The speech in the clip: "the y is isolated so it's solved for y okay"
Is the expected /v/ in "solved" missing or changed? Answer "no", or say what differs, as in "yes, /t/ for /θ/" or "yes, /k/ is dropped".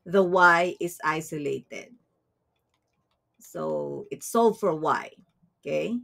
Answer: yes, /v/ is dropped